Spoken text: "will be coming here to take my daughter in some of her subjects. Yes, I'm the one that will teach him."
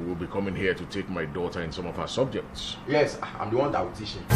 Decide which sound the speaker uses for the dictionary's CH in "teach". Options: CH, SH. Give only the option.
SH